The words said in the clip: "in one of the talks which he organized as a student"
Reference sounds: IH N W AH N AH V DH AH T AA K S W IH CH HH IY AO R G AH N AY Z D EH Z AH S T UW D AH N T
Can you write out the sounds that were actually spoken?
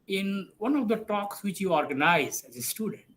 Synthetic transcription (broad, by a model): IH N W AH N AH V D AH T AA K S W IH CH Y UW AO R G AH N AY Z EH Z AH S T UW D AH N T